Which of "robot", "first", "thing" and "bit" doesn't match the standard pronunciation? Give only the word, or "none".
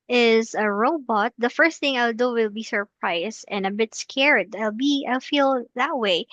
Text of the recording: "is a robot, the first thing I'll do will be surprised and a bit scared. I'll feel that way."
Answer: none